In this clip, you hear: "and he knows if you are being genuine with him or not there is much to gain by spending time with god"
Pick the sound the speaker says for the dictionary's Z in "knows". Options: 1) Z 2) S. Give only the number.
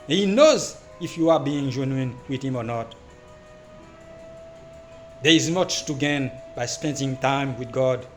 1